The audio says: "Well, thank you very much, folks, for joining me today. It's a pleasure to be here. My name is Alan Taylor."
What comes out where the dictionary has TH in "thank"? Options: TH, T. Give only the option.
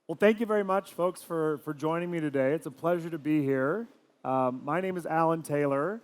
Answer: TH